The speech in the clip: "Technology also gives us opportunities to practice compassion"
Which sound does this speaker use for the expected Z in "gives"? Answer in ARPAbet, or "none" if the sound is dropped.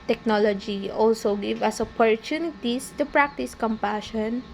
none